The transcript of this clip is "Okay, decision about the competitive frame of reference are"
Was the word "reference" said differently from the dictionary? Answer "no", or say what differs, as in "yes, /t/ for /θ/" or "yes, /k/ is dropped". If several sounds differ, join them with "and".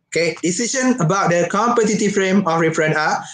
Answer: yes, /s/ is dropped